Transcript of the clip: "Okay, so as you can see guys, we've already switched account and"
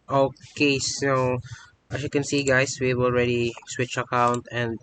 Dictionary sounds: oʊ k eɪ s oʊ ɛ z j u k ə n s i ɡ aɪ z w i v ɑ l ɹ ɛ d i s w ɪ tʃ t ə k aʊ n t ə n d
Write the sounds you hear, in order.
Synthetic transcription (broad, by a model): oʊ k eɪ s oʊ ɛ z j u k ə n s i ɡ aɪ s w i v ɑ l ɹ ɛ d i s w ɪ tʃ ə k aʊ n t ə n d